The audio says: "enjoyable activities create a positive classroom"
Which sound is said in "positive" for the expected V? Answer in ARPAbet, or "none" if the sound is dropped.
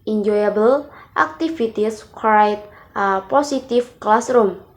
F